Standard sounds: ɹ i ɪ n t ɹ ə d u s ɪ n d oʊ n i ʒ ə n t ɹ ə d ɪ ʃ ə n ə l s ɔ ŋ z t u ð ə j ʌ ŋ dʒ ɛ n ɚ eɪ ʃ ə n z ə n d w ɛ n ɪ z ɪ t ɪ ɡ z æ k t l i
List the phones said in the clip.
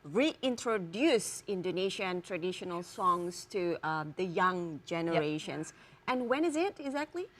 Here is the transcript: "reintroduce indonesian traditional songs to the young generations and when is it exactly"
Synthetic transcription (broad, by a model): ɹ i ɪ n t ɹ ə d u s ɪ n d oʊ n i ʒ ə n t ɹ ə d ɪ ʃ ə n ə l s ɔ ŋ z t u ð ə j ʌ ŋ dʒ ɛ n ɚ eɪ ʃ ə n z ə n w ɛ n ɪ z ɪ t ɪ ɡ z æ k t l i